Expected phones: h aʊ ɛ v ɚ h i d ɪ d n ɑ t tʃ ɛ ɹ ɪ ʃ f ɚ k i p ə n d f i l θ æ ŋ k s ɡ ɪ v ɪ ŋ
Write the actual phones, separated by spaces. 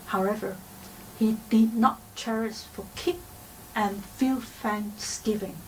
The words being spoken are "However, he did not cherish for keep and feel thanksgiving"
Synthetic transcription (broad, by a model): h aʊ ɛ v ɚ h i d ɪ d n ɑ t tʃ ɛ ɹ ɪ s f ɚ k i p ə n f i l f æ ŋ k s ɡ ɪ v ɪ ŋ